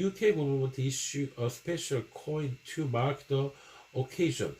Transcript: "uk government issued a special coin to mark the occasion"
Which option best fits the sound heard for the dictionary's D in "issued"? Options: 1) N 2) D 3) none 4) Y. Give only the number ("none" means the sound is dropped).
3